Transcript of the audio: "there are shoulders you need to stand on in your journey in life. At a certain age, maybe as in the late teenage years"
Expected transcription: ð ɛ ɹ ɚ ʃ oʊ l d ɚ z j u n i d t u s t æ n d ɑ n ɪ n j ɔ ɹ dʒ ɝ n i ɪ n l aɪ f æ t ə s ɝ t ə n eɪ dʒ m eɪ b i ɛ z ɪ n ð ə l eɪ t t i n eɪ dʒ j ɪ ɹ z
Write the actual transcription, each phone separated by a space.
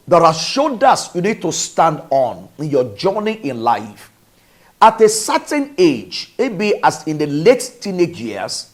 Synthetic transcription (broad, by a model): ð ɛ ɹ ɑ ʃ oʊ d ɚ s j u n i d t u s t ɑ n d ɑ n ɪ n j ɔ dʒ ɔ n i ɪ n l aɪ f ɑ t ə s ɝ t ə n eɪ dʒ m eɪ b i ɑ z ɪ n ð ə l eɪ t t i n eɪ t j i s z